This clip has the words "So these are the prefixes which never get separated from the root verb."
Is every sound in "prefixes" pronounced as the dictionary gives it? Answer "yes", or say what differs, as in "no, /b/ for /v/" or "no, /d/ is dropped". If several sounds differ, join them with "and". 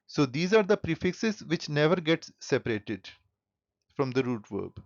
yes